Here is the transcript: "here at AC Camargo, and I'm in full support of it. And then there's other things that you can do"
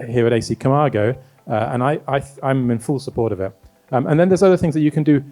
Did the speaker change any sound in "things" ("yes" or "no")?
no